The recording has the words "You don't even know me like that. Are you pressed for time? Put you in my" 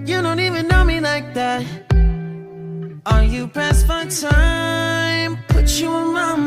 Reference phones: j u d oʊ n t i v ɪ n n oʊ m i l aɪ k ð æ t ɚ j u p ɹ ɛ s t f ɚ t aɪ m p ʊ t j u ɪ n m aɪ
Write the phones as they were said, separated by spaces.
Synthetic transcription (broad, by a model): j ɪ d oʊ n t i v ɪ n n oʊ m i l aɪ k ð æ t ɚ j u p æ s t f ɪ t aɪ m p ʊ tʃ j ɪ ɪ n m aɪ